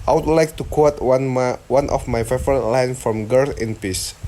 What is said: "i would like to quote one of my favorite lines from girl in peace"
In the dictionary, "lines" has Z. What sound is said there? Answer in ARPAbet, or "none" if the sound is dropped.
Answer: none